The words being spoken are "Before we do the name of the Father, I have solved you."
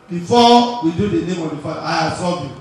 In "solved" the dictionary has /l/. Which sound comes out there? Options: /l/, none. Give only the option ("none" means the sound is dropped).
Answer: none